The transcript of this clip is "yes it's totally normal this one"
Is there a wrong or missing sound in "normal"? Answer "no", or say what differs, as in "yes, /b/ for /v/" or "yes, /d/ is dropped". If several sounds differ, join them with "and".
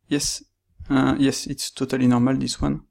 no